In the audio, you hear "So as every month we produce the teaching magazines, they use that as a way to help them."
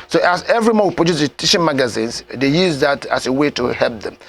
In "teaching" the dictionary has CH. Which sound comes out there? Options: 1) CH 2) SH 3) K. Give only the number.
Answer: 2